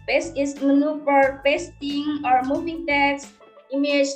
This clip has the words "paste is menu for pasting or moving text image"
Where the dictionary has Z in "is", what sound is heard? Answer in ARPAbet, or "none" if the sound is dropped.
S